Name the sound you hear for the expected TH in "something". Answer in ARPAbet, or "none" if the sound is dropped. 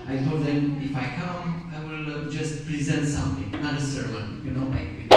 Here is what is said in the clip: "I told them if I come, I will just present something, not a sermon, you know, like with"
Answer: T